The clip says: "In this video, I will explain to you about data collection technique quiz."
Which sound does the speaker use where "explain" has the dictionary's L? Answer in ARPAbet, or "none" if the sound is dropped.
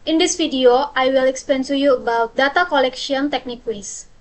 none